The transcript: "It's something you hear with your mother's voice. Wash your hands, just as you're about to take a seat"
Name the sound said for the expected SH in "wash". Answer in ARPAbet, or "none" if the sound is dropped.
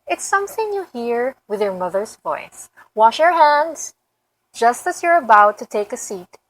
SH